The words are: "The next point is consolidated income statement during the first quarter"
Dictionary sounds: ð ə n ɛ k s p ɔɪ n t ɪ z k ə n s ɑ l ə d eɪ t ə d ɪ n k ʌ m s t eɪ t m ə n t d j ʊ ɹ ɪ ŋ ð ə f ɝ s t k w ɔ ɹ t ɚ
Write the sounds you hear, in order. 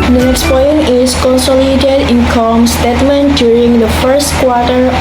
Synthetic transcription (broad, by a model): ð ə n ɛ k s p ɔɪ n ɪ s k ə n s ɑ l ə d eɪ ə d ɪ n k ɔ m s t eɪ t m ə n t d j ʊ ɹ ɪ ŋ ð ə f ɝ s t k w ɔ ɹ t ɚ